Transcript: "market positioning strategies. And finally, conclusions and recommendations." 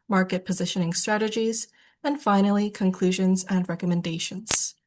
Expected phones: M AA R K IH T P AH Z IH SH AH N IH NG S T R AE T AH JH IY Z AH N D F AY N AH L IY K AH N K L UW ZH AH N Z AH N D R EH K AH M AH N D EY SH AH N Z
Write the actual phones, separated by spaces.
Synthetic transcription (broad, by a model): M AA R K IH T P AH Z IH SH AH N IH NG S T R AE T AH JH IY Z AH N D F AY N L IY K AH N K L UW ZH AH N Z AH N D R EH K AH M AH N D EY SH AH N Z